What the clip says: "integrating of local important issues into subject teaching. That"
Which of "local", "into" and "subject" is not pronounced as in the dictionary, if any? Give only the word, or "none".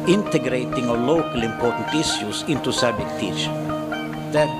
subject